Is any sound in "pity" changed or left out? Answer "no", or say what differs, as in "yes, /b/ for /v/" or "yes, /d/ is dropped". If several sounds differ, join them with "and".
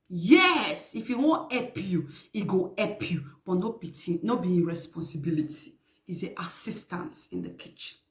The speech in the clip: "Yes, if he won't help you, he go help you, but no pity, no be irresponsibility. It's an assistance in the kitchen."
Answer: yes, /b/ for /p/